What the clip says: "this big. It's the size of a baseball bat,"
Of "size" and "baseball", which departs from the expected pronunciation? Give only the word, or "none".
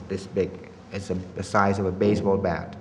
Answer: none